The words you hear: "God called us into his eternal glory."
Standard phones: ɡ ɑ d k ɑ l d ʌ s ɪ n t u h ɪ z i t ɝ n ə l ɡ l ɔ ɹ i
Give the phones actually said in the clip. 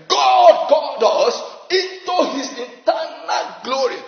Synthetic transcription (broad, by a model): ɡ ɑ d k ɑ l d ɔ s ɪ n t u h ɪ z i t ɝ n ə l ɡ l ɔ ɹ i